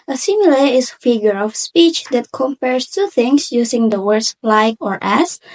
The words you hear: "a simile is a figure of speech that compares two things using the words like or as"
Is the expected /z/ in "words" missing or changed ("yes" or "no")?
yes